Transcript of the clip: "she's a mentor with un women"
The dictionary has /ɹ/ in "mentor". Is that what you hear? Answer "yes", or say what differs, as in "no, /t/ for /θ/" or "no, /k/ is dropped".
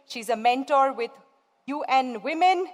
yes